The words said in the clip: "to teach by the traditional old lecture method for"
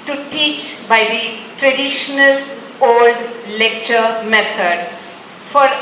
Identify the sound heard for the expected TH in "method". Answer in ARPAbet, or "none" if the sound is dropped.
T